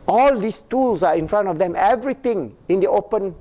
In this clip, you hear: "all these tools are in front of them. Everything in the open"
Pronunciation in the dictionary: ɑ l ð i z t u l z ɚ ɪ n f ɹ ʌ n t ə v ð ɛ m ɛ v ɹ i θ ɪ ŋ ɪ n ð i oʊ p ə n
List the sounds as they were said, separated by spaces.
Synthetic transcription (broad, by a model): ɑ l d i s t u l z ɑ ɪ n f ɹ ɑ n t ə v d ɛ m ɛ v ɹ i t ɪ ŋ ɪ n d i oʊ p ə n